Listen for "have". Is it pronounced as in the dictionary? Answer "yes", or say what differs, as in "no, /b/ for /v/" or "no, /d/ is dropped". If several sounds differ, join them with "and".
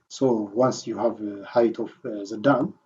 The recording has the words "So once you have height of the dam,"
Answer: yes